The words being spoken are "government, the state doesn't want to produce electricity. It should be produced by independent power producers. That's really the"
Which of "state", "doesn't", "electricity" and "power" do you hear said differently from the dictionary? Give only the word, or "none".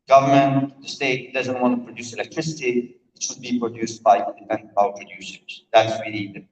power